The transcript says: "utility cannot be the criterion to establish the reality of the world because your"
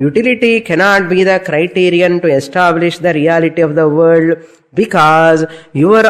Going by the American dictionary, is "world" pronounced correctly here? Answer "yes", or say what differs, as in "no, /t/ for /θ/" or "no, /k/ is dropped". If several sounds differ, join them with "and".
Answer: no, /l/ is dropped